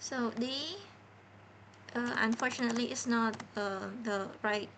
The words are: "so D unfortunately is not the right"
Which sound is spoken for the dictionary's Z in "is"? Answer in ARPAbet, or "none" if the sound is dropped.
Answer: S